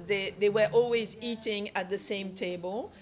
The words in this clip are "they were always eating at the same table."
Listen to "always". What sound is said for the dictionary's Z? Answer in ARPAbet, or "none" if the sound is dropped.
Z